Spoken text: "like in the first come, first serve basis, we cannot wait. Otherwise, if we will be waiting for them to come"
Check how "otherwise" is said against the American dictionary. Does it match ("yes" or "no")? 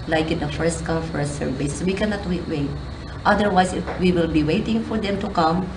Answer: no